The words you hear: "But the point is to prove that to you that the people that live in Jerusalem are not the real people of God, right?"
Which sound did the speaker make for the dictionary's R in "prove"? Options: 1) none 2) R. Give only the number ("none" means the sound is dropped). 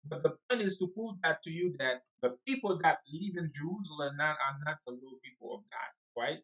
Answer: 1